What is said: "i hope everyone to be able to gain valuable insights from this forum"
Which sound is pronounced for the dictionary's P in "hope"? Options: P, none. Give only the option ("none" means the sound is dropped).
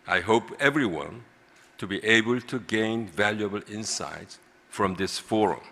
P